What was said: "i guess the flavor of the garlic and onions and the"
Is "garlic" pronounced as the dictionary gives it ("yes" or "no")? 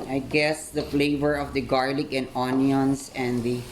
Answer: yes